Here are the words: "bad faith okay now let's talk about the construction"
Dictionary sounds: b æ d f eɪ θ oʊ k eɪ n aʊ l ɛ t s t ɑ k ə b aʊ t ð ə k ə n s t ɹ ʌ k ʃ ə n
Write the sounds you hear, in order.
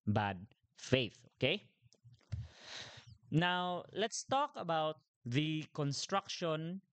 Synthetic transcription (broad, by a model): b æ d f eɪ θ oʊ k eɪ n aʊ l ɛ t s t ɑ k ə b aʊ t ð ə k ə n s t ɹ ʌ k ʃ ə n